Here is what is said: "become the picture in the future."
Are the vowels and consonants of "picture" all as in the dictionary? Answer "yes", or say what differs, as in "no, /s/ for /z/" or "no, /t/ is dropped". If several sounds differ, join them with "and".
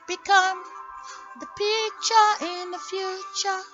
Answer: no, /k/ is dropped